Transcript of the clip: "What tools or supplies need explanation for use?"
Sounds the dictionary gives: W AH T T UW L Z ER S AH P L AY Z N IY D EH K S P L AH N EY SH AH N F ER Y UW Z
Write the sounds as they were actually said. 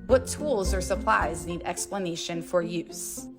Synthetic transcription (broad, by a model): W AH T T UW L Z ER S AH P L AY Z N IY D EH K S P L AH N EY SH AH N F ER Y UW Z